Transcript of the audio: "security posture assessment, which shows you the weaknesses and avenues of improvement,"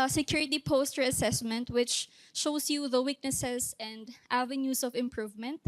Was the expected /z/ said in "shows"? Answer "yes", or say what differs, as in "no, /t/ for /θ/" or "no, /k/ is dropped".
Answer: no, /s/ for /z/